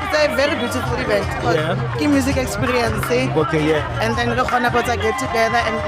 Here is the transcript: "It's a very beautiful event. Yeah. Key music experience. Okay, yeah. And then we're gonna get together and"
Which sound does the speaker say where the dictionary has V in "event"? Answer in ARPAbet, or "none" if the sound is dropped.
B